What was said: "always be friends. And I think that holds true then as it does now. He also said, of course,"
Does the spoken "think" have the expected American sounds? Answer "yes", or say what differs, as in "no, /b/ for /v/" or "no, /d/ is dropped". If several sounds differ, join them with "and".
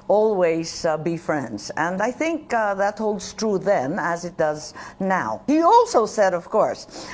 yes